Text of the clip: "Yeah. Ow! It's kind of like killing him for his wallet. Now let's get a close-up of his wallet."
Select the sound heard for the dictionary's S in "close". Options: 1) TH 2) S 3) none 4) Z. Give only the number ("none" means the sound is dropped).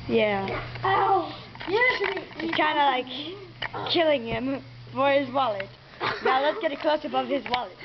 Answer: 2